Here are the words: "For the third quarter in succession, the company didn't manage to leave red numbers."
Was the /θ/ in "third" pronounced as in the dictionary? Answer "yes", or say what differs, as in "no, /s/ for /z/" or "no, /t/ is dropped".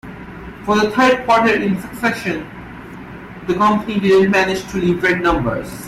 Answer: no, /t/ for /θ/